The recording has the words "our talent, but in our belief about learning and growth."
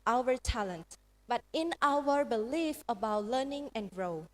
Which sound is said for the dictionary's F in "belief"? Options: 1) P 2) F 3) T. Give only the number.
2